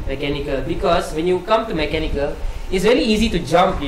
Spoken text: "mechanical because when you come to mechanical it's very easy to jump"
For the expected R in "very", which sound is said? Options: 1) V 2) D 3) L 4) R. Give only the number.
3